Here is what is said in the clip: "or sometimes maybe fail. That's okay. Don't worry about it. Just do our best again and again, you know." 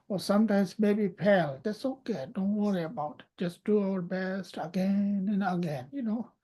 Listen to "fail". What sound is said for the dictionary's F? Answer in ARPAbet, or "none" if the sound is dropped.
P